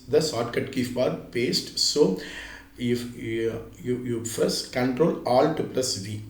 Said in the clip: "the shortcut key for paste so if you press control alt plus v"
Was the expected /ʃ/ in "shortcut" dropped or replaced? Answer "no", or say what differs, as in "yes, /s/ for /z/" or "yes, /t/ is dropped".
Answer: yes, /s/ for /ʃ/